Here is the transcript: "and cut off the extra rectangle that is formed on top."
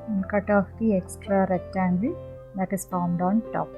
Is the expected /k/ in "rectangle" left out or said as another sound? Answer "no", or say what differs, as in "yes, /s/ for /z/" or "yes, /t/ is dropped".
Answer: yes, /k/ is dropped